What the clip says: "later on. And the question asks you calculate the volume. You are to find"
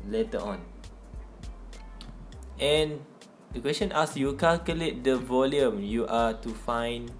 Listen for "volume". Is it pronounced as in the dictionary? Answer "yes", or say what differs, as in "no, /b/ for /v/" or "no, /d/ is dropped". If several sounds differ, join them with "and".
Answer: yes